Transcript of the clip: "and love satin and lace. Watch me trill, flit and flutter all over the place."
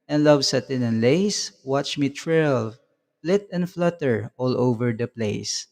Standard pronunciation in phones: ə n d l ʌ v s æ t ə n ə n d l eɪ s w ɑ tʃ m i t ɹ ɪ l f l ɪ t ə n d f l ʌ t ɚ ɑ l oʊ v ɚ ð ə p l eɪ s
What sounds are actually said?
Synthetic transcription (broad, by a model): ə n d l ʌ v s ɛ t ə n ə n l eɪ s w ɑ tʃ m i t ɹ ɪ l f l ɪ t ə n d f l ʌ t ɚ ɑ l oʊ v ɚ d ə p l eɪ s